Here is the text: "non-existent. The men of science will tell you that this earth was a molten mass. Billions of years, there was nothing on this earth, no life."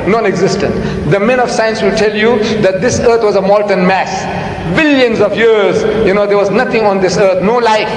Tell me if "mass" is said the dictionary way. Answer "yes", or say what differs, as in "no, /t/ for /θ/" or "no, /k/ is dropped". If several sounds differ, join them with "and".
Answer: yes